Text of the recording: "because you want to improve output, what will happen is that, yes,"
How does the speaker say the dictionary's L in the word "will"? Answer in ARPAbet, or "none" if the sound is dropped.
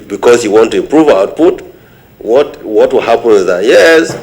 W